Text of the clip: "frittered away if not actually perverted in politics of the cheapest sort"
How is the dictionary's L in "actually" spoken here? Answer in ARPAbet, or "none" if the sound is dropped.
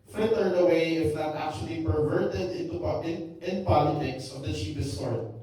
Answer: L